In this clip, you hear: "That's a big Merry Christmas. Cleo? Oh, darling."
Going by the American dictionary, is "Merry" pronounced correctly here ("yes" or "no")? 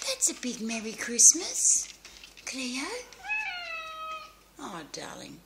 yes